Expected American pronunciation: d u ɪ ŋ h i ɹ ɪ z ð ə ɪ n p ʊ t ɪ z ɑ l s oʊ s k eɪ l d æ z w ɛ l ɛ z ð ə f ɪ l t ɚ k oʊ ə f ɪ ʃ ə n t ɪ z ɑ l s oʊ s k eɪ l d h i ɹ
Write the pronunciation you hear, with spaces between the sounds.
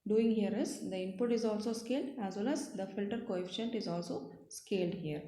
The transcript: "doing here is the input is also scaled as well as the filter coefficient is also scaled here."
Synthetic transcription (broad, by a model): d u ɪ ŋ h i ɹ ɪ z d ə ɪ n p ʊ t ɪ z ɑ l s oʊ s k eɪ l d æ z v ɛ l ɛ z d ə f ɪ l t ɚ k oʊ ə f ɪ ʃ ə n t ɪ z ɑ l s oʊ s k eɪ l d h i ɹ